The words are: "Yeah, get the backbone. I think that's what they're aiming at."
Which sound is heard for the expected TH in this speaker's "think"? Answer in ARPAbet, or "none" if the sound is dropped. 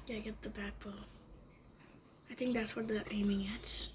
TH